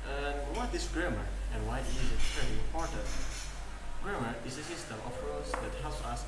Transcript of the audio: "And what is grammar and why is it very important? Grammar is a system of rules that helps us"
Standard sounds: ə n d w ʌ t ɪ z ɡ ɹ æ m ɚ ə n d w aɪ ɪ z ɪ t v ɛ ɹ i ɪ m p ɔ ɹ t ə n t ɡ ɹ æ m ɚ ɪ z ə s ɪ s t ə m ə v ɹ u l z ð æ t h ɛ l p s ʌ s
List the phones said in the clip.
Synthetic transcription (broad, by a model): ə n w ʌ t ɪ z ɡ ɹ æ m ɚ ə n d w aɪ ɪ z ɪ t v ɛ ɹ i ɪ m p ɔ ɹ t ə n t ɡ ɹ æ m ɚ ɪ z ə s ɪ s t ə m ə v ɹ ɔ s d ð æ t h ɛ l p s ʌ s